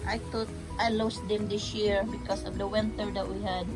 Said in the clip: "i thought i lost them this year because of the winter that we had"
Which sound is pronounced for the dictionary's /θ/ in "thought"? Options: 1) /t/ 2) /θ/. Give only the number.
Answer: 1